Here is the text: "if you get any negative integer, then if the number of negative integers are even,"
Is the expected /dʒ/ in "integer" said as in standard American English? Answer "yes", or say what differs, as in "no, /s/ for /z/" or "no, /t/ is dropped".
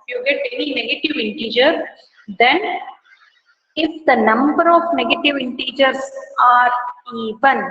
yes